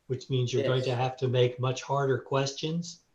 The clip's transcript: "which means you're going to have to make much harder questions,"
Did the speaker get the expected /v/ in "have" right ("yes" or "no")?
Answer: no